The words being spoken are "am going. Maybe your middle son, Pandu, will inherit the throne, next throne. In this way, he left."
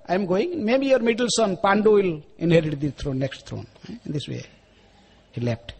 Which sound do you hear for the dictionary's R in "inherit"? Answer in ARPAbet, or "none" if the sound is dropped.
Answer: R